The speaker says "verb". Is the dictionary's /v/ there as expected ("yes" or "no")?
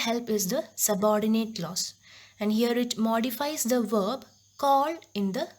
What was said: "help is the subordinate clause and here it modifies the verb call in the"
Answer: yes